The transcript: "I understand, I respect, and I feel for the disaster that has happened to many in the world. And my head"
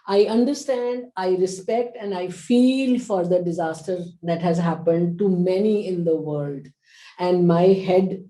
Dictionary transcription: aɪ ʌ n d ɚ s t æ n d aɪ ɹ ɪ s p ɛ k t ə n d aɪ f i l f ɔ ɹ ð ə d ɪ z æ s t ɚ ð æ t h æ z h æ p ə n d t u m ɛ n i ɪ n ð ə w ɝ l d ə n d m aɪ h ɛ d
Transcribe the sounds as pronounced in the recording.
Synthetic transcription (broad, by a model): aɪ ʌ n d ɚ s t æ n d aɪ ɹ ɪ s p ɛ k t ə n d aɪ f i l f ɔ ɹ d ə d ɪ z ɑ s t ɚ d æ t h æ z h æ p ə n d t u m ɛ n i ɪ n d ə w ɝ l d ə n d m aɪ h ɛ d